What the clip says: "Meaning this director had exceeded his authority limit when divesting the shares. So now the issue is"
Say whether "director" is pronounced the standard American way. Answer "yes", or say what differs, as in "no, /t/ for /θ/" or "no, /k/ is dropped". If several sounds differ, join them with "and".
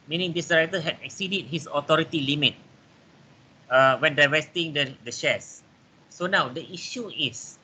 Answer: no, /k/ is dropped